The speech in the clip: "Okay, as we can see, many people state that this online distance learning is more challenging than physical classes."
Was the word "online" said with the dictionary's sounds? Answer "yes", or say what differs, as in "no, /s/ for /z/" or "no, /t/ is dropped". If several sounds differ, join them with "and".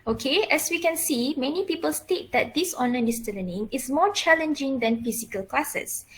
no, /l/ is dropped